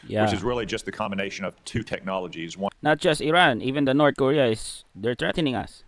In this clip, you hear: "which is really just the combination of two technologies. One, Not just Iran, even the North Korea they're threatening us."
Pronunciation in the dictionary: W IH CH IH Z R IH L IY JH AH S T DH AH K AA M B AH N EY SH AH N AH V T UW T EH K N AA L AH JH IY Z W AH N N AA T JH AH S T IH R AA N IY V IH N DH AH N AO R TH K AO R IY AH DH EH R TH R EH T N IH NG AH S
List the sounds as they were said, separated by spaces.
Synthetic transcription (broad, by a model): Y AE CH IH Z R IH L IY JH AH S T DH AH K AA M B AH N EY SH AH N AH V T UW T EH K N AA L AH JH IY Z W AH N N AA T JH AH S T IH R AA N IY V IH N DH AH N AO R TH K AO R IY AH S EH R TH R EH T N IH NG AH S